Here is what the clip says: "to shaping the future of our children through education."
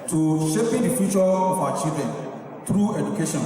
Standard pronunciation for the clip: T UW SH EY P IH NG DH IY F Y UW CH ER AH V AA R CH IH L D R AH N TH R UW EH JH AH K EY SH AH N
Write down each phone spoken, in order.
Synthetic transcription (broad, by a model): T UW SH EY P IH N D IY F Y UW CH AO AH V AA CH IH D AH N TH R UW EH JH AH K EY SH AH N